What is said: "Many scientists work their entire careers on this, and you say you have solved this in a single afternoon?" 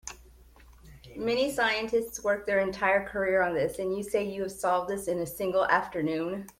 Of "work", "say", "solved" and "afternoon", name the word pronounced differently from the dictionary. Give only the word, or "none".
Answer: none